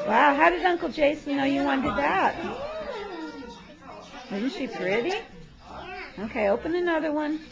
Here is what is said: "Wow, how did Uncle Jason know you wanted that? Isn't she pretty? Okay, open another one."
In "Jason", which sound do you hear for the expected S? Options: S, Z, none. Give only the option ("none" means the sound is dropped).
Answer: none